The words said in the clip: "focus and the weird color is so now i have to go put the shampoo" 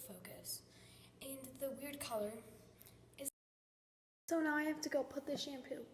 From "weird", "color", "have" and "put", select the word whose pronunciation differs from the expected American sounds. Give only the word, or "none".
have